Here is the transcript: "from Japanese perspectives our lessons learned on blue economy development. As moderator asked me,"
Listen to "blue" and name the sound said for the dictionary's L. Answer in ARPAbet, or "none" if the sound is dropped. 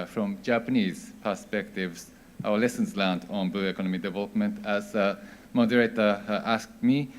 none